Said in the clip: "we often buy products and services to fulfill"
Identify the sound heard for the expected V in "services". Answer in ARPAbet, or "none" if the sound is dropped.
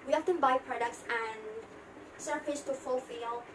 P